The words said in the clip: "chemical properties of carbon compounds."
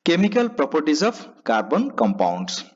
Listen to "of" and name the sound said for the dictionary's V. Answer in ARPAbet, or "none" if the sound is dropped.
P